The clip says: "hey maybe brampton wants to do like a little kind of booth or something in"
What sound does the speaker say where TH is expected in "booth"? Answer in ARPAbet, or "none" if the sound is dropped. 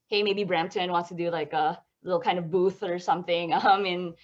TH